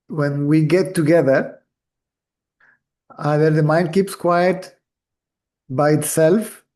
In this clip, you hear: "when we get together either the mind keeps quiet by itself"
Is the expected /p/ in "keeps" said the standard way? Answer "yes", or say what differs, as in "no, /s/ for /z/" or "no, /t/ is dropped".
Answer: yes